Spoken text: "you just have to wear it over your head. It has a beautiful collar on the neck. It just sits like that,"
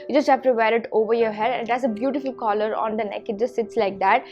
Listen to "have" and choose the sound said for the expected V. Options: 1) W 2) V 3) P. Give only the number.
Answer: 3